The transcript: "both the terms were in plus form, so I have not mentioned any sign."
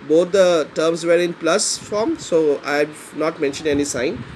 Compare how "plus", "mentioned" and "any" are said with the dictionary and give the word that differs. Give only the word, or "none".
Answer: none